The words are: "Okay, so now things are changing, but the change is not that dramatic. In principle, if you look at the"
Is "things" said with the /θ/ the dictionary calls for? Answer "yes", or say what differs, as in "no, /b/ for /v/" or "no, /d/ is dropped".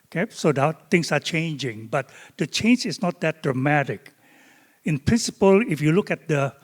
no, /t/ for /θ/